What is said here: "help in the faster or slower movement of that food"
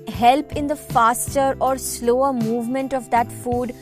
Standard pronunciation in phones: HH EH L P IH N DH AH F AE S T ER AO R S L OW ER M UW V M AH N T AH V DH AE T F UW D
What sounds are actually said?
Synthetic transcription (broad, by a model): HH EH L P IH N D AH F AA S T ER AO R S L OW ER M UW V M AH N T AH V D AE T F UW D